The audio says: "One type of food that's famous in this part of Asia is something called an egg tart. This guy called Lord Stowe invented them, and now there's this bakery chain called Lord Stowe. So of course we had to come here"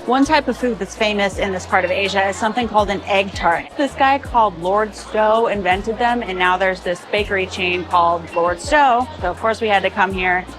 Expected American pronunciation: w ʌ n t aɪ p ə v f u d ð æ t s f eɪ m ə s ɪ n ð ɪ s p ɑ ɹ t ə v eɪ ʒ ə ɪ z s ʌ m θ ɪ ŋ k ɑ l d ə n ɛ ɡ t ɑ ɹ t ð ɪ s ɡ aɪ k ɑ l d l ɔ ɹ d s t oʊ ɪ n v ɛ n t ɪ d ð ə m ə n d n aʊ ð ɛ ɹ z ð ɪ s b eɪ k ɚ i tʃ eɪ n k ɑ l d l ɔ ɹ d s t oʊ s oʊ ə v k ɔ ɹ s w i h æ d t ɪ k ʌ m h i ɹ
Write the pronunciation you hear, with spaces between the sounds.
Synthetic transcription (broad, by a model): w ʌ n t aɪ p ə v f u d ð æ t s f eɪ m ə s ɪ n ð ɪ s p ɑ ɹ t ə v eɪ ʒ ə ɪ z s ʌ m θ ɪ ŋ k ɑ l d ə n ɛ ɡ t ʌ ɹ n ð ɪ s ɡ aɪ k ɑ l d l ɔ ɹ d s t oʊ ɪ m v ɛ n t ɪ d ð ə m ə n n aʊ ð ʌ ɹ z ð ɪ s b eɪ k ɚ i tʃ eɪ n k ɑ l d l ɔ ɹ d s t oʊ s oʊ ə v k ɔ ɹ s w i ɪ d t ɪ k ʌ m h i ɹ